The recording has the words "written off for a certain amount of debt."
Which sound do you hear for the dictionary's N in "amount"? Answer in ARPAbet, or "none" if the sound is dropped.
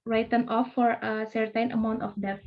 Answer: N